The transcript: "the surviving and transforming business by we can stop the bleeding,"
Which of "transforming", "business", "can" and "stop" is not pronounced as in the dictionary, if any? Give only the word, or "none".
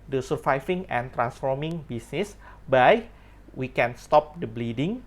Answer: business